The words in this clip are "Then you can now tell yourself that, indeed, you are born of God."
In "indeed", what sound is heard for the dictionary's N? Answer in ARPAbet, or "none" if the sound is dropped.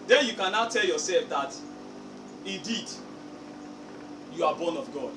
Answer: none